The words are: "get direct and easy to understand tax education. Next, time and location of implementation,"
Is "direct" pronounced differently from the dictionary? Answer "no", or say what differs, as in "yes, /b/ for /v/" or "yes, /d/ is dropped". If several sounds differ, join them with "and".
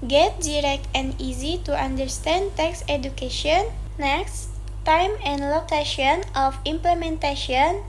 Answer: no